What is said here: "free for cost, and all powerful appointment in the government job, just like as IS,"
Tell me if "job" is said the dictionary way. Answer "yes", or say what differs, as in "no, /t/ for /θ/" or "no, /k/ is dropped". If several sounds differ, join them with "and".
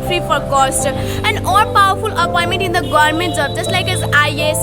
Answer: no, /z/ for /dʒ/